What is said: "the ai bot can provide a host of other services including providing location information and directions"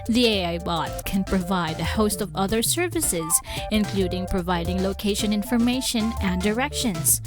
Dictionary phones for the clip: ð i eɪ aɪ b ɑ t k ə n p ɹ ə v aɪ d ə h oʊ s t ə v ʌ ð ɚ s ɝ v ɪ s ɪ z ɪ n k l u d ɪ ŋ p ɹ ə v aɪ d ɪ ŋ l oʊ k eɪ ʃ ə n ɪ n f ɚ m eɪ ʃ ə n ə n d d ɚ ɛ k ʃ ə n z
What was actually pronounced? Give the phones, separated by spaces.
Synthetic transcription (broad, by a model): ð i eɪ aɪ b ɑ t k ə n p ɹ ə v aɪ d ə h oʊ s t ə v ʌ ð ɚ s ɝ v ɪ s ɪ z ɪ n k l u d ɪ ŋ p ɹ ə v aɪ d ɪ ŋ l oʊ k eɪ ʃ ə n ɪ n f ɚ m eɪ ʃ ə n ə n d d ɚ ɛ k ʃ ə n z